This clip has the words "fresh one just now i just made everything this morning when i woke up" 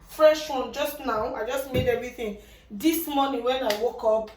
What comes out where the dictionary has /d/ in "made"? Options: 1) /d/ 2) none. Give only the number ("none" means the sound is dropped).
1